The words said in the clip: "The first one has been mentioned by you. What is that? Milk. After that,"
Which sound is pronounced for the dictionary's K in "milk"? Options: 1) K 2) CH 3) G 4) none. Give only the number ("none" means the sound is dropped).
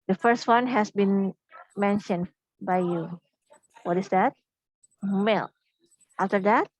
4